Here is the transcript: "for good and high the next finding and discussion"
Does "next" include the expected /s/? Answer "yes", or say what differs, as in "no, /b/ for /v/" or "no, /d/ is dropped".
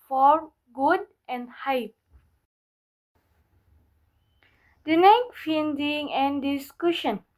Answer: no, /s/ is dropped